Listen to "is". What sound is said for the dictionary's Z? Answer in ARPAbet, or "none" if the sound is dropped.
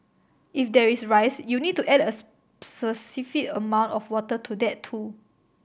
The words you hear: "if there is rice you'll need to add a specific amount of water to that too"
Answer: S